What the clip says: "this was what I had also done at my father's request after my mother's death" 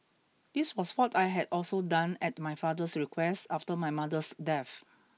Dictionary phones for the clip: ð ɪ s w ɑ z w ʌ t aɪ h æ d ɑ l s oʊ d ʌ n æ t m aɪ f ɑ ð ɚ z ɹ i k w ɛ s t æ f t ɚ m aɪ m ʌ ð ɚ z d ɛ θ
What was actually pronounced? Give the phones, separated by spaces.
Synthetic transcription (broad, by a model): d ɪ s w ɑ s w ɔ t aɪ h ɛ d ɑ l s oʊ d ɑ n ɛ t m aɪ f ɑ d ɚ s ɹ i k w ɛ s t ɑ f t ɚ m aɪ m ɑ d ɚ s d ɛ f